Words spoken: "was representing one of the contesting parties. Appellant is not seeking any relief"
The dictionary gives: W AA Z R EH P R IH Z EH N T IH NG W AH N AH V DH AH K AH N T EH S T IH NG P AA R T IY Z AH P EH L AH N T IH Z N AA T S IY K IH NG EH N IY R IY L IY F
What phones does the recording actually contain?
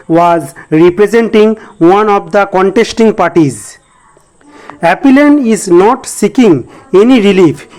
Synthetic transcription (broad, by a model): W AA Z R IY P R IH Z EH N T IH NG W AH N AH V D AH K AH N T EH S T IH NG P AA R T IY Z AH P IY L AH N IH Z N AA T S IY K IH NG EH N IY R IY L IY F